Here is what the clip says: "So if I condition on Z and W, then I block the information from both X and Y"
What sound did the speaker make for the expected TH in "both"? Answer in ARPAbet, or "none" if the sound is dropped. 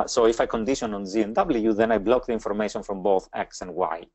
TH